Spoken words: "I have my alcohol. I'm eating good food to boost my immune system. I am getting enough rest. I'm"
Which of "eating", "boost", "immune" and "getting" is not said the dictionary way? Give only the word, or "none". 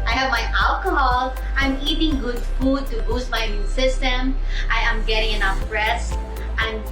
immune